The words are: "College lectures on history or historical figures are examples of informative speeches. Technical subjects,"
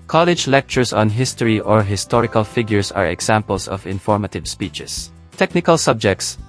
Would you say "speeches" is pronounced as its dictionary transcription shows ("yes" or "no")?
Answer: no